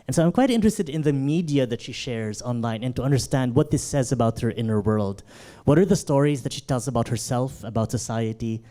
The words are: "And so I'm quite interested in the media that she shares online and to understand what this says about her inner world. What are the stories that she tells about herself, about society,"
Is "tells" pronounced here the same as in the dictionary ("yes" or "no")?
yes